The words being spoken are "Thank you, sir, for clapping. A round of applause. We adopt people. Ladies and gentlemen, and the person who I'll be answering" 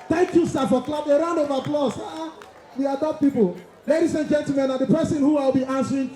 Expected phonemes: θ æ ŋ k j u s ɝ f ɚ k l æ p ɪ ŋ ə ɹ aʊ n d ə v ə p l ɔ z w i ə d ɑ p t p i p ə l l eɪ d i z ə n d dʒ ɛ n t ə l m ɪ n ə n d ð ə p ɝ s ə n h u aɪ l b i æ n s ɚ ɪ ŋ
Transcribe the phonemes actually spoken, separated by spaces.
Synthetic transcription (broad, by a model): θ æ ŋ k j u s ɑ f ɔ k l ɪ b ə ɹ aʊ n ə v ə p l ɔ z w i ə d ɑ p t p i p ə l l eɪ d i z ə n dʒ ɛ n t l m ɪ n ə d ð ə p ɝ s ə n h u aɪ l b i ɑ n s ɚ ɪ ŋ